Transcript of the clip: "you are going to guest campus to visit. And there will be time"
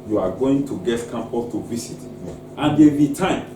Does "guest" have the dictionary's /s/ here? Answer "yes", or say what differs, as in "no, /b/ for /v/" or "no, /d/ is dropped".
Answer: no, /s/ is dropped